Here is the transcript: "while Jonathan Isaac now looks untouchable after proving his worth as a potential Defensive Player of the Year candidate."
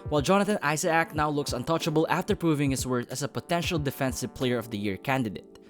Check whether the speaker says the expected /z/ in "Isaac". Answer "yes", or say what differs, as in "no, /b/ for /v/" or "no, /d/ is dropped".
no, /s/ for /z/